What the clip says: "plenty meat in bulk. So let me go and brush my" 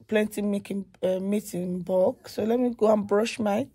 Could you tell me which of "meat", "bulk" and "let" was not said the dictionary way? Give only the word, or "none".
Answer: bulk